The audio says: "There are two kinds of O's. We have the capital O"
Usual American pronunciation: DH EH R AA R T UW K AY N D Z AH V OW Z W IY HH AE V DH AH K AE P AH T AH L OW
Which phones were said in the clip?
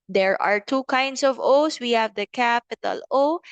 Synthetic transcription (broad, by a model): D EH R AA R T UW K AY N D S AH V OW S W IY HH AE V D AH K AE P AH T AH L OW